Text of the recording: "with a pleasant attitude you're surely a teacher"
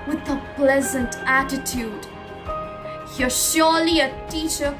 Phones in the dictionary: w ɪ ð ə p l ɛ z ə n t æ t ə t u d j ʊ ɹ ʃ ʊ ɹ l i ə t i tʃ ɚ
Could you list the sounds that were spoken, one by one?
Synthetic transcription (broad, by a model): w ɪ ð ə p l ɛ z ə n t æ t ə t u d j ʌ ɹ ʃ ʊ ɹ l i ə t i tʃ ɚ